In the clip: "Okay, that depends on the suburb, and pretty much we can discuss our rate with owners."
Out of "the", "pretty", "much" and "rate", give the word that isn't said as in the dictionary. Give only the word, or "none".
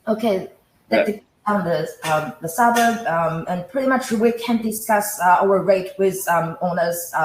none